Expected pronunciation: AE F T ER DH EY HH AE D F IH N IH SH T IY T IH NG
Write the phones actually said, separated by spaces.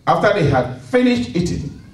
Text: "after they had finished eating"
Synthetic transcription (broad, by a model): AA F T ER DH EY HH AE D F IH N IH SH T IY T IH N